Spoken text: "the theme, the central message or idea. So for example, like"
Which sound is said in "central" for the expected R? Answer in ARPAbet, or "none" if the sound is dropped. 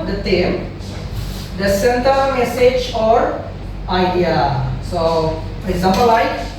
none